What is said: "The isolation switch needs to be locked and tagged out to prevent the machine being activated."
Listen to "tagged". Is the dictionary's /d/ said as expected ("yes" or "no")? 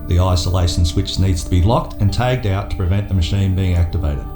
yes